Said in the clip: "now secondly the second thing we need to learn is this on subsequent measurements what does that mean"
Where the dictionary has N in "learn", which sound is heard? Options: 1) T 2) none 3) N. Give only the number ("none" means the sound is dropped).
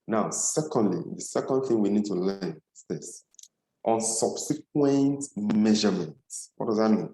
2